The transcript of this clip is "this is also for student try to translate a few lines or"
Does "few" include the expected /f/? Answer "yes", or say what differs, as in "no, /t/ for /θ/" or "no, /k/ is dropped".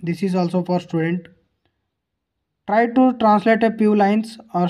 no, /p/ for /f/